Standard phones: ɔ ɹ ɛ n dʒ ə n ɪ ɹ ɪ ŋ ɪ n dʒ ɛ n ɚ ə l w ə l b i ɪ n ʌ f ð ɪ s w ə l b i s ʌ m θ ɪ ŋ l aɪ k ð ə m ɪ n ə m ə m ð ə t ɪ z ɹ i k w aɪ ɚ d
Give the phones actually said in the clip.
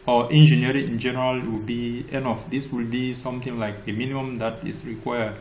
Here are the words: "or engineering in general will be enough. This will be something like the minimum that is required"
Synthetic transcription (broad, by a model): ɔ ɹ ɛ n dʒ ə n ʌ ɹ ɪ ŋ ɪ n dʒ ɛ n ɚ ə l w ə l b i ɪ n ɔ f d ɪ s w ə l b i s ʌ m t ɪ ŋ l aɪ k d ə m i n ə m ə m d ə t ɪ s ɹ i k w aɪ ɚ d